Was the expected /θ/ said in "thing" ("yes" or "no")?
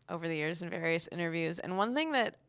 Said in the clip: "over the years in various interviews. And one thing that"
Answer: yes